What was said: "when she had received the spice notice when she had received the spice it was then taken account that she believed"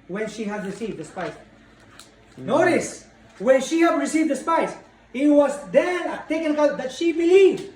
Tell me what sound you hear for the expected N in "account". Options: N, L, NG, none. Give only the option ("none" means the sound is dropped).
none